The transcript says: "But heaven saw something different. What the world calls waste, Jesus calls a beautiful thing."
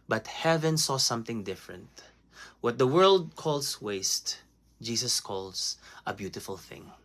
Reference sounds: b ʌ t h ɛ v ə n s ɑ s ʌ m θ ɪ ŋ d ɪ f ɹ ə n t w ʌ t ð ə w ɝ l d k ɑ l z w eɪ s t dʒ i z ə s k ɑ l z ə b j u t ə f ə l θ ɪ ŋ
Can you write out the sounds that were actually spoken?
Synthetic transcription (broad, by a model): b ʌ t h ɛ v ə n s ɑ s ʌ m θ ɪ ŋ d ɪ f ɹ ə n t w ʌ t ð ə w ɝ l d k ɑ l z w eɪ s t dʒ i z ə s k ɑ l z ə b j u t ə f ə l θ ɪ ŋ